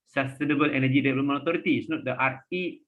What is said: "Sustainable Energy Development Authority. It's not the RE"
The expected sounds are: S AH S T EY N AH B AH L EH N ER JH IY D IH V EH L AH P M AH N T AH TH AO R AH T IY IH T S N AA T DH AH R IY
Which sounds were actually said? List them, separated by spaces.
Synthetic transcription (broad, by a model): S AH S T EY N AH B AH L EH N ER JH IY D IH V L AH M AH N AH T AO R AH T IY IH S N AA T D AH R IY